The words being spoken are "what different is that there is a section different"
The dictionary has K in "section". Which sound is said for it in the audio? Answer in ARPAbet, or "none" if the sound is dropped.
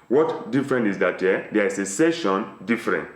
none